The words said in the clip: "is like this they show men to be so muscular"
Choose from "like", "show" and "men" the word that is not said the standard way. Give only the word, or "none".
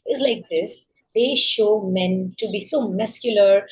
none